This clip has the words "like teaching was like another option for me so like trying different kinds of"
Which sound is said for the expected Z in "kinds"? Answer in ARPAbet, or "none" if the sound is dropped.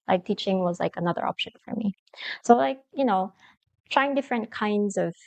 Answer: Z